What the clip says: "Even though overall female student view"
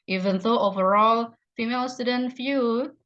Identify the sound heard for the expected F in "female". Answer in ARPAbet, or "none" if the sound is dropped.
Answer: F